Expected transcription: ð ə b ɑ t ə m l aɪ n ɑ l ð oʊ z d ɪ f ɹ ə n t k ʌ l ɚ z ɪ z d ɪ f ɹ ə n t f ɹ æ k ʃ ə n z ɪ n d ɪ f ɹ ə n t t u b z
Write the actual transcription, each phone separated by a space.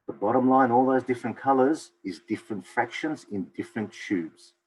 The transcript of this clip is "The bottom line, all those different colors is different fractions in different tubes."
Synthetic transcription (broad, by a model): ð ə b ɑ t ə m l aɪ n ɑ l ð oʊ z d ɪ f ɹ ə n k ʌ l ɚ z ɪ z d ɪ f ɹ ə n t f ɹ æ k ʃ ə n z ɪ n d ɪ f ɹ ə n t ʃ u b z